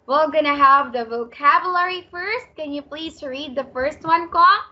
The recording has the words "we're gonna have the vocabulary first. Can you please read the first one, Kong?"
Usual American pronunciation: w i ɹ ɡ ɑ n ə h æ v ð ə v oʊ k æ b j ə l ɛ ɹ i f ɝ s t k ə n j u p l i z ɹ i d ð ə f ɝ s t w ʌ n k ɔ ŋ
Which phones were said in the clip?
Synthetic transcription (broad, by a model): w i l ɡ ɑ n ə h æ v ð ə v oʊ k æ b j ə l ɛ ɹ i f ɝ s t k ə n j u p l i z ɹ i d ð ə f ɝ s t w ʌ n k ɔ